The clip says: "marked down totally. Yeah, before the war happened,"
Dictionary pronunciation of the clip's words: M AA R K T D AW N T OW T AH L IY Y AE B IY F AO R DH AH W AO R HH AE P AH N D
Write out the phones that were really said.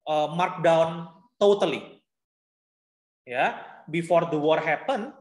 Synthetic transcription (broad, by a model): M AA R K D AW N T OW T AH L IY Y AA B IY F AO R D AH W AO R HH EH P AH N